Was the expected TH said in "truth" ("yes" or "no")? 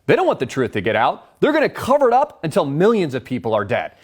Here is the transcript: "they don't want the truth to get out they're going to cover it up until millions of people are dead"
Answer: yes